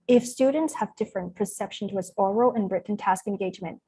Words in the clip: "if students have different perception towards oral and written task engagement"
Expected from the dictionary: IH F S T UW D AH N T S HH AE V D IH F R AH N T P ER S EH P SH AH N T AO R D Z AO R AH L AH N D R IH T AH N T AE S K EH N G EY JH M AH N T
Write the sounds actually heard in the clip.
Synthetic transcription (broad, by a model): IH F S T UW D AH N T S HH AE V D IH F R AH N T P ER S EH P SH AH N T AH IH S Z AO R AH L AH N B R IH T N T AE S K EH N G EY JH M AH N T